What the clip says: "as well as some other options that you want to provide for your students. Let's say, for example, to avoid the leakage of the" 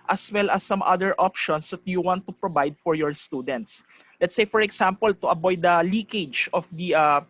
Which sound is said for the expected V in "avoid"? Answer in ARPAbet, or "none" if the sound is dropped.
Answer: B